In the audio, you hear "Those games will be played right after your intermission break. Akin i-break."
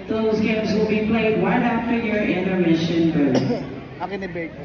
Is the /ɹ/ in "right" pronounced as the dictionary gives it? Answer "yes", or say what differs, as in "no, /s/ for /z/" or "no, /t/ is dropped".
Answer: no, /w/ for /ɹ/